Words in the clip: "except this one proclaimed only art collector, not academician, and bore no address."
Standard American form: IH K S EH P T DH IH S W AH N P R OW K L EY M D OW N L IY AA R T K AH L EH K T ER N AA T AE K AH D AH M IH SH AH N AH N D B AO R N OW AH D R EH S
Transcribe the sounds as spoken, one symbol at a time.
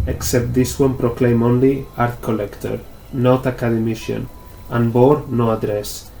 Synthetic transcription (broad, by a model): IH K S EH P T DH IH S W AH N P R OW K L EY M OW N L IY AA R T K AH L EH K T ER N AA T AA K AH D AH M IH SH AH N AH N B AO R N OW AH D R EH S